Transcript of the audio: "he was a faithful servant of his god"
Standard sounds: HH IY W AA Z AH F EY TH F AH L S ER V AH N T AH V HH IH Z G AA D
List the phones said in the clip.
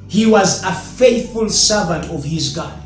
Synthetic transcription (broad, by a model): HH IY W AA Z AH F EY TH F AH L S ER V AH N T AH V HH IH Z G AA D